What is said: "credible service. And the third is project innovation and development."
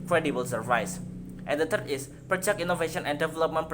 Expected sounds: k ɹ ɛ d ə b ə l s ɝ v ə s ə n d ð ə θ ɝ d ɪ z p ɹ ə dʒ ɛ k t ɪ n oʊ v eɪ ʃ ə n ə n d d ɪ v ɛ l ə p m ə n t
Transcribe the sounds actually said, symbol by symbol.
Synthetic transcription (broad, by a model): k ɹ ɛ d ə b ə l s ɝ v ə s ə n d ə t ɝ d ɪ s p ɹ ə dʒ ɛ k i n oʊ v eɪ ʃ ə n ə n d d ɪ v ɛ l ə p m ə n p